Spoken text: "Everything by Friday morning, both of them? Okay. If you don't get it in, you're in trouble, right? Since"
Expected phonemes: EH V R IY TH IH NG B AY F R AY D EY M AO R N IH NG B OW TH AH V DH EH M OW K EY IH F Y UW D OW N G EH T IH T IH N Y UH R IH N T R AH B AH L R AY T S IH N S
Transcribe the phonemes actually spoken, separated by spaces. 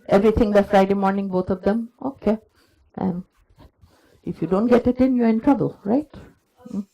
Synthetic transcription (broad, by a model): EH V R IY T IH NG B AY F R AY D EY M AO R N IH NG B OW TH AH V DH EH M OW K EY IH F Y UW D OW N G EH T IH T IH N Y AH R IH N T R AH B AH L R AY T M